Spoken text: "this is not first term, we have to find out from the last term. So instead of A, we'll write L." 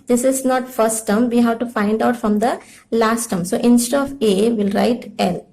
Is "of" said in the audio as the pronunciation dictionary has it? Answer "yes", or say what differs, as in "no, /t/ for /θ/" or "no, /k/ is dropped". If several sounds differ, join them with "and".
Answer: yes